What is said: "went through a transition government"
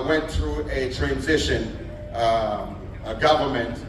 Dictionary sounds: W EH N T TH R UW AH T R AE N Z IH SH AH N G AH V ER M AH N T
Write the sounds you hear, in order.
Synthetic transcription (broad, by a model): W EH N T TH R UW AH T R AE N Z IH SH AH N G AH V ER M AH N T